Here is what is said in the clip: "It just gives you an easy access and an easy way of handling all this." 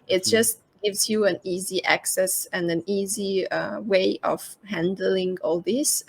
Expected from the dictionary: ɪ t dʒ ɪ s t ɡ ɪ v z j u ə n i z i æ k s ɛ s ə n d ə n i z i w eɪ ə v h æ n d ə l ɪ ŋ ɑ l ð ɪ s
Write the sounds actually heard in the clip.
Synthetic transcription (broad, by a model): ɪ t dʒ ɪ s t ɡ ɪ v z j u ə n i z i æ k s ɛ s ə n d ə n i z i w eɪ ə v h æ n d ə l ɪ ŋ ɑ l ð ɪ s